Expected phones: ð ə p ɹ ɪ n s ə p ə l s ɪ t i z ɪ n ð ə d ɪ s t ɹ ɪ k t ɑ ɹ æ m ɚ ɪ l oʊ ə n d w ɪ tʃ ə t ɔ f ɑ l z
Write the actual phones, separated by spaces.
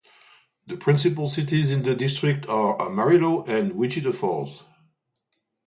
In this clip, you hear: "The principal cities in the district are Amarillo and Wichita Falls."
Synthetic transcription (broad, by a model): ð ə p ɹ ɪ n s ə p ə l s ɪ t i z ɪ n ð ə d ɪ s t ɹ ɪ k t ɑ ɹ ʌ m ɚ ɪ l oʊ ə n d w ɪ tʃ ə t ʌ f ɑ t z